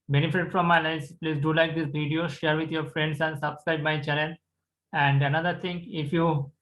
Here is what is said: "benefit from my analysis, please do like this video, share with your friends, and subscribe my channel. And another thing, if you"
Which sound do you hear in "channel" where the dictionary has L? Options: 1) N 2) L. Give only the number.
1